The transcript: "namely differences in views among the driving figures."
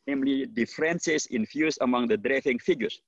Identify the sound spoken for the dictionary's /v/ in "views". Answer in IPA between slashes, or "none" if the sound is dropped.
/f/